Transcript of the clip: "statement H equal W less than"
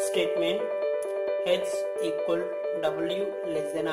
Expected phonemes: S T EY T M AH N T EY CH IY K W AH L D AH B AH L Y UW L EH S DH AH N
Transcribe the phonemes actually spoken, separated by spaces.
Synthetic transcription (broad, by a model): S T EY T M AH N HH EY S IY K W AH L D AH B AH L Y UW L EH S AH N